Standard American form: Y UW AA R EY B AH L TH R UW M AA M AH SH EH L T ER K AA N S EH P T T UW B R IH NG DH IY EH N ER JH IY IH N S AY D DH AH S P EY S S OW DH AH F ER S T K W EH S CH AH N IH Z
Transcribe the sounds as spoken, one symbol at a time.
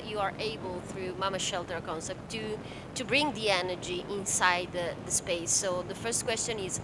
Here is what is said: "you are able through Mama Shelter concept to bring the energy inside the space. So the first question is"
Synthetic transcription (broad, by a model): Y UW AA R EY B AH L TH R UW M AA M AH SH EH L T ER K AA N S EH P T T UW B R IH NG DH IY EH N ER JH IY IH N S AY D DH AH S P EY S S OW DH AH F ER S T K W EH S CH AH N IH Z